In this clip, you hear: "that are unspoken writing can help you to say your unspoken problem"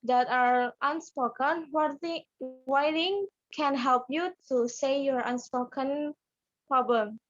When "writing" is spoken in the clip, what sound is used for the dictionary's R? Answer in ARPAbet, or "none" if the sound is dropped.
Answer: W